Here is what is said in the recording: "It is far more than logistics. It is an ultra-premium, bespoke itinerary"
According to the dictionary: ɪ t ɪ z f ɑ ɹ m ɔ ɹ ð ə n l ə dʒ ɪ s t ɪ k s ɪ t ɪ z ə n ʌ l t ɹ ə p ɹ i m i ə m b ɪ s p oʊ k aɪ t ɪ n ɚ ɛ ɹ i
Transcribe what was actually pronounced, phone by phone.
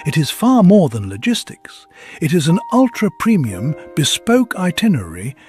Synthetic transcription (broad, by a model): ɪ t ɪ z f ɑ ɹ m ɔ ɹ ð ə n l ə dʒ ɪ s t ɪ k s ɪ t ɪ z ə n ʌ l t ɹ ə p ɹ i m i ə m b ɪ s p oʊ k aɪ t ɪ n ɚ ɹ i